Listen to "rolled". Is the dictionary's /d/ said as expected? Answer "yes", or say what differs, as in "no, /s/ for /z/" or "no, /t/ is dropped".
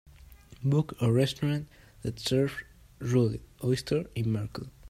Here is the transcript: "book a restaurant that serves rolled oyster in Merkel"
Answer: no, /d/ is dropped